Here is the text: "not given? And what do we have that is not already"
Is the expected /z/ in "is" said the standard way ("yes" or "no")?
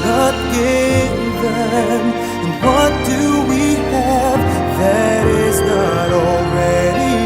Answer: yes